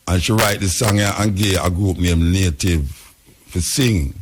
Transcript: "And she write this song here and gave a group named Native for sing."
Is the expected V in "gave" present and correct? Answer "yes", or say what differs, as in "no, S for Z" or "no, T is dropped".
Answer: no, V is dropped